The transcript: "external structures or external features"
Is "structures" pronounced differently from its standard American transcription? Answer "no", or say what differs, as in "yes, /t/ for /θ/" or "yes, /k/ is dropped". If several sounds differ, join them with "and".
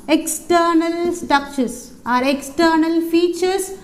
yes, /ɹ/ is dropped and /s/ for /z/